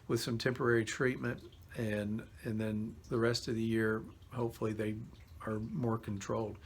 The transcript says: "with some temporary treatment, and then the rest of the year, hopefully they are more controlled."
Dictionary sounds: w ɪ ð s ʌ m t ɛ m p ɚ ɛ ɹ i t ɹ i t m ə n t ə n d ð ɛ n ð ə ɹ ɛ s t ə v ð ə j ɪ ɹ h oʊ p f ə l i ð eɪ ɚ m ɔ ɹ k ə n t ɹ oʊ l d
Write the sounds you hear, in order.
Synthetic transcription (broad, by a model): w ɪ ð s ʌ m t ɛ m p ɚ ɛ ɹ i t ɹ i t m ə n t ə n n ð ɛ n ð ə ɹ ɛ s t ə v ð ə j ɪ ɹ h oʊ p f l i ð eɪ ɚ m ɔ ɹ k n t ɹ oʊ l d